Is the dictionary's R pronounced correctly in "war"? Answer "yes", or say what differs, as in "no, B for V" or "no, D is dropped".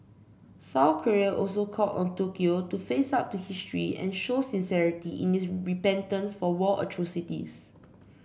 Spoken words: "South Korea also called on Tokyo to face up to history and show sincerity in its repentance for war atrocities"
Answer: no, L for R